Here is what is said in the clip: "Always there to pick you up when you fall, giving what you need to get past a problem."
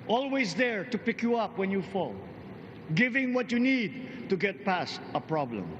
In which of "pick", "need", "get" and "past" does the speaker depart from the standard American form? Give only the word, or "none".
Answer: none